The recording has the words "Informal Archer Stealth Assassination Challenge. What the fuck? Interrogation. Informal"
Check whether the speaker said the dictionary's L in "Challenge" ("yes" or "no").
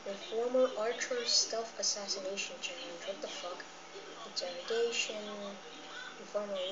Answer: no